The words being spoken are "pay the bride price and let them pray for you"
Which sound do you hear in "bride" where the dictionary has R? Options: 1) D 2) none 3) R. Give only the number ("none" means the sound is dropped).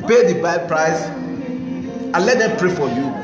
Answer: 2